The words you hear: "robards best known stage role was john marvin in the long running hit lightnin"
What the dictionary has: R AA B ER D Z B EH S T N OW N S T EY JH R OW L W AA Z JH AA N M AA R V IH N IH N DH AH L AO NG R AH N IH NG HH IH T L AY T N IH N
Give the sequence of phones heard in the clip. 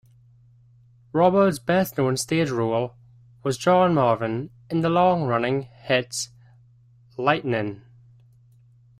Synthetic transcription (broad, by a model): R AA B ER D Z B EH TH N OW N S T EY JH R OW L W AA Z JH AA N M AA R V IH N IH N DH AH L AO NG R AH N IH NG HH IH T L AY T N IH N